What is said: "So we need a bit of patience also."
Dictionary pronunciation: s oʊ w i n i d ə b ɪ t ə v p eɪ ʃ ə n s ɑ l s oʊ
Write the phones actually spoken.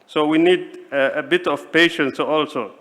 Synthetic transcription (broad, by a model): s oʊ w i n i d ə b ɪ t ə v p eɪ ʃ ə n s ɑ l s oʊ